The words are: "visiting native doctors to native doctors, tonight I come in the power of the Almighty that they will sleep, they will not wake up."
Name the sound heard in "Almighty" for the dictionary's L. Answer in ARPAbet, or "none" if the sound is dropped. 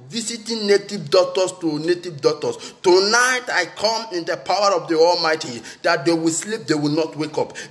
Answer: L